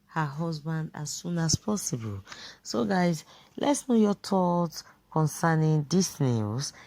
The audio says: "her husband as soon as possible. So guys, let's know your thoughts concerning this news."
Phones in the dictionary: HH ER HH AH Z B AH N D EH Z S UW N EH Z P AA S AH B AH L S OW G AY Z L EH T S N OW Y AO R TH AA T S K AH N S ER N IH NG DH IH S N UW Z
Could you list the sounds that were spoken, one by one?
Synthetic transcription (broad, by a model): HH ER HH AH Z B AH N D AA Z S UW N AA S P AA S AH B AH L S OW G AY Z L EH T S N OW Y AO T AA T K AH N S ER N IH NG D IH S N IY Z